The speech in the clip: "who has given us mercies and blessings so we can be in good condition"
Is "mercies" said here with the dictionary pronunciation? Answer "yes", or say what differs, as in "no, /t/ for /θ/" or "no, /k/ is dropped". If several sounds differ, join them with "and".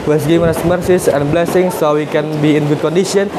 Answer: no, /s/ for /z/